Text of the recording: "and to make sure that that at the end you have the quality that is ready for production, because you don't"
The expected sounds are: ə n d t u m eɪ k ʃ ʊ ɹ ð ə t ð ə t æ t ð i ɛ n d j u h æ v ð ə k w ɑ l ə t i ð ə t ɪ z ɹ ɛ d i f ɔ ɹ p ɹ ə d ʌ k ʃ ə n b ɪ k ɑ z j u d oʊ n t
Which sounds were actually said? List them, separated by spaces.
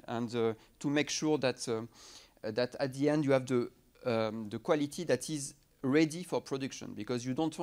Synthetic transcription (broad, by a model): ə n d t u m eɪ k ʃ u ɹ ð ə t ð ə t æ t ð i ɛ n d j u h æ v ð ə k w ɑ l ə t i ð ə t ɪ z ɹ ɛ d i f ɔ ɹ p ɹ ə d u k ʃ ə n b ɪ k ɑ z j u d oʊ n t